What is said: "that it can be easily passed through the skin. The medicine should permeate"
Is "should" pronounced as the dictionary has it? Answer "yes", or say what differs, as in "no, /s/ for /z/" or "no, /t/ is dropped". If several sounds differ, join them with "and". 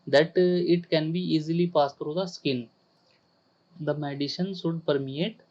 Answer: no, /s/ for /ʃ/